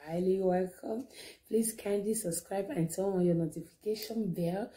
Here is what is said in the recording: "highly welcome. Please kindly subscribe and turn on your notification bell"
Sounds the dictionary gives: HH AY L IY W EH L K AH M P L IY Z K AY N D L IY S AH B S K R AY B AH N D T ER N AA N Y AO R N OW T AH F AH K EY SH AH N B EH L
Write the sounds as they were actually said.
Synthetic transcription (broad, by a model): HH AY L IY W EH L K AH M P L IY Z K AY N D IY S AH B S K R AY B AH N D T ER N AA N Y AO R N OW T AH F AH K EY SH AH N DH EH